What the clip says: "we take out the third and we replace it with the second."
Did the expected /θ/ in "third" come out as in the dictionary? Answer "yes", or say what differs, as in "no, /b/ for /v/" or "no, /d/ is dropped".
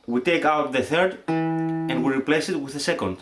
yes